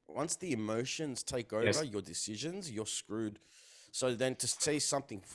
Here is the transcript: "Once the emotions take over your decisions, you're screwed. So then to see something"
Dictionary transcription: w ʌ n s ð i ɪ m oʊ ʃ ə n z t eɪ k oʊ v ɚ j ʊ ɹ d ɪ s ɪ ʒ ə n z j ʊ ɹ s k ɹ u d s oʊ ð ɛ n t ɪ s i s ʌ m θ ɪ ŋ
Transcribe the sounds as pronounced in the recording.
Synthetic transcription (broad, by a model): w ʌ n s ð i ɪ m oʊ ʃ ə n z t eɪ k oʊ v ɚ j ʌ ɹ d ɪ s ɪ ʒ ə n z j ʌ ɹ s k ɹ u d s oʊ ð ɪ n t ɪ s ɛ s ʌ m θ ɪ ŋ